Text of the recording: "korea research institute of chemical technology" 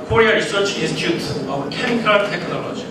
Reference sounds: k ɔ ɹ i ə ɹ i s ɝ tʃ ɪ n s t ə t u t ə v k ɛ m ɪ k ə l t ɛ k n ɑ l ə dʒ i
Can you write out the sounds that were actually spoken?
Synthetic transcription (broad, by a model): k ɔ ɹ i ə ɹ i s ɝ tʃ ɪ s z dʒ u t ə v k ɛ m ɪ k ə t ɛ k n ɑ l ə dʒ i